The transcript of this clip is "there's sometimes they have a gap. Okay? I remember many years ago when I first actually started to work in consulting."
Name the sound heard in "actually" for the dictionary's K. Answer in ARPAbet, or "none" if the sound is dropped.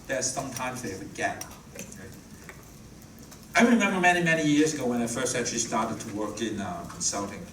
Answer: none